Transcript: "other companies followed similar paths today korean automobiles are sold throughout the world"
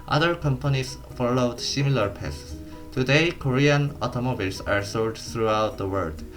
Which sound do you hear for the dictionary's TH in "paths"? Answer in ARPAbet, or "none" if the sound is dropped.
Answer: S